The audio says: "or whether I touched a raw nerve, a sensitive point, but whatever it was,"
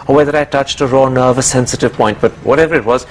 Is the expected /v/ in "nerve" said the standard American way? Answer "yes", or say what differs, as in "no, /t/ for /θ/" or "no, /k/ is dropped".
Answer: yes